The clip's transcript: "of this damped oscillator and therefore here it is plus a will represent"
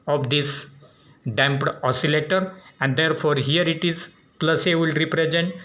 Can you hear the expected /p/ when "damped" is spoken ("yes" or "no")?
yes